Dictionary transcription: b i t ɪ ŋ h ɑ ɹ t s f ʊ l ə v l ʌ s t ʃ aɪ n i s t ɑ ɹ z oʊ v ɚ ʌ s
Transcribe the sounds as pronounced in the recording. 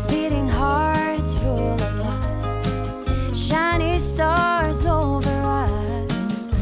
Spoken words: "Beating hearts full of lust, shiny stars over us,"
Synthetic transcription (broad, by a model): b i t ɪ ŋ h ɑ ɹ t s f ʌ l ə p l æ s t ʃ aɪ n i s t ɑ ɹ z oʊ v ɚ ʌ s